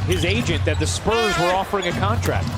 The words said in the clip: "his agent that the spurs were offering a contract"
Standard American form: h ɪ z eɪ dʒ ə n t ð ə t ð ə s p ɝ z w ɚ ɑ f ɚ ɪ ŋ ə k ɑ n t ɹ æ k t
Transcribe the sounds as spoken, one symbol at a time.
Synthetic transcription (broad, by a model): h ɪ z eɪ dʒ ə n ð ə t ð ə s p ɝ z w ɚ ɑ f ɚ ɪ ŋ ə k ɑ n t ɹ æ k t